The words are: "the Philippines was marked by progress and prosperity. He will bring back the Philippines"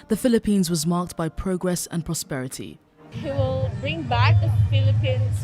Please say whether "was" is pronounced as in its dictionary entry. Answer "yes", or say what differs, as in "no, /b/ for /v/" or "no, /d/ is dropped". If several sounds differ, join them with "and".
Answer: yes